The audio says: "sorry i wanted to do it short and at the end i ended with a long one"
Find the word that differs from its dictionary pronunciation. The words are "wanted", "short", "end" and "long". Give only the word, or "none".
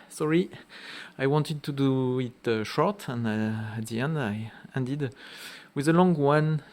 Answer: none